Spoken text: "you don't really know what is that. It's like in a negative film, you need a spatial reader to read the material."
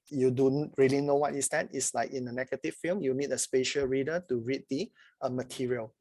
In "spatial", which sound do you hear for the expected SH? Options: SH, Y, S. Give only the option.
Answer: SH